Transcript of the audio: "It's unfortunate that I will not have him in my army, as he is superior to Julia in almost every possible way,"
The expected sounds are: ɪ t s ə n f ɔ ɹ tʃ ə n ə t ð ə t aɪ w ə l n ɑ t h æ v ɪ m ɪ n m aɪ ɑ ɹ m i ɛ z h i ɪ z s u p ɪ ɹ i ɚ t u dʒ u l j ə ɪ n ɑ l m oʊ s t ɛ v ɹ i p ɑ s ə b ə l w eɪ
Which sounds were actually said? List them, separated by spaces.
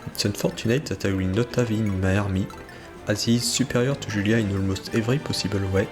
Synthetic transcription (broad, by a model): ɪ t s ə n f ɔ ɹ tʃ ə n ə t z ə t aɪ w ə n ɑ t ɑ v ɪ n m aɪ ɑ ɹ m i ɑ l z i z s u p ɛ ɹ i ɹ t u ʒ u l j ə ɪ n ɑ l m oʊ s t ɛ v ɹ i p ɑ s ə b ə l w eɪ